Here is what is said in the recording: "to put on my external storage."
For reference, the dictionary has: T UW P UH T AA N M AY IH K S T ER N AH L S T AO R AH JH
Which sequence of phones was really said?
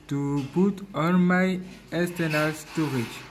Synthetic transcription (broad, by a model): T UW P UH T AA N M AY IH S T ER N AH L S T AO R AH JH